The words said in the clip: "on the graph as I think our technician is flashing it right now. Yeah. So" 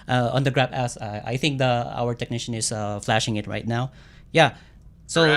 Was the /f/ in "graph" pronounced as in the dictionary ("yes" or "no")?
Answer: no